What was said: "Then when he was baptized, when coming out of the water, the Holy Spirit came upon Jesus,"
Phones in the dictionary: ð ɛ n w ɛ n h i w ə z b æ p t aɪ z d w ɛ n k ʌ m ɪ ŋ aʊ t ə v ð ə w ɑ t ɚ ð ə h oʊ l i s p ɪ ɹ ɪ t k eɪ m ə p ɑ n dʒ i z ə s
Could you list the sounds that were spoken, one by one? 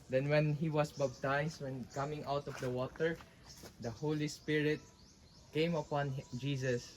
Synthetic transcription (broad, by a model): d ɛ n w ɛ n h i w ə s b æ b t aɪ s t w ɛ n k ʌ m ɪ ŋ aʊ t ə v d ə w ɑ t ɚ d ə h oʊ l i s p ɪ ɹ ɪ t k eɪ m ə p ɑ n dʒ i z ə s